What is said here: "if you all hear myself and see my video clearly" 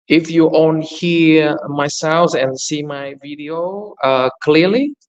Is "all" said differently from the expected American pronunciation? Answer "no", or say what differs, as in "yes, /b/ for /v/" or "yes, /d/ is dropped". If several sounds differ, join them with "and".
yes, /n/ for /l/